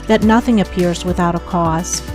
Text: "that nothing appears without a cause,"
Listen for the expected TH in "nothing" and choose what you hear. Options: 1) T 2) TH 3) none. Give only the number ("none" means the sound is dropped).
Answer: 2